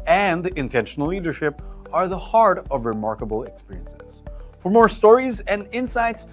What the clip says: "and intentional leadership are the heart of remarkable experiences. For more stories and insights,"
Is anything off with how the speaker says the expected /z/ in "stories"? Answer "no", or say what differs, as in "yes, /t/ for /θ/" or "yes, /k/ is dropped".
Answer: no